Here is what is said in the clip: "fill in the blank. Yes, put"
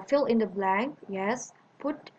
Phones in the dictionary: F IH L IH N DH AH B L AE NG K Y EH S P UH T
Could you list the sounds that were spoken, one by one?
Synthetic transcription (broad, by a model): F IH L IH N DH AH B L AE NG K Y EH S P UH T